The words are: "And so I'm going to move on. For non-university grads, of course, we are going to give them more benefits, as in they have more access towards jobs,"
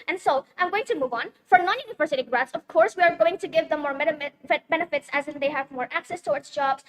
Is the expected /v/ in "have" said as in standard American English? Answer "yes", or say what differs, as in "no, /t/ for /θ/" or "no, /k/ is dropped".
yes